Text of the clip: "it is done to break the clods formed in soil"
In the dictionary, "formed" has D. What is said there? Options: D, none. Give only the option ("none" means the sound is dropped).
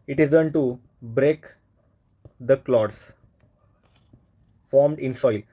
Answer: D